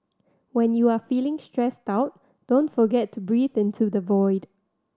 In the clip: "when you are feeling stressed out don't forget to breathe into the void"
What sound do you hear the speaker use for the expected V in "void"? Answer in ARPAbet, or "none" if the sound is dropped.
V